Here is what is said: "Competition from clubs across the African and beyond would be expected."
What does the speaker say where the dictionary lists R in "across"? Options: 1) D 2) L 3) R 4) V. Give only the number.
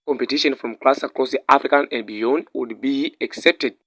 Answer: 2